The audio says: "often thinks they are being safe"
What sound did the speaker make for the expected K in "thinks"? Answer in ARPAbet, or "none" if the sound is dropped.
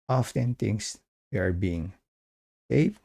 none